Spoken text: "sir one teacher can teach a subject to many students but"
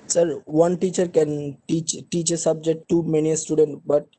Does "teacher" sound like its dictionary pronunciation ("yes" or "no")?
yes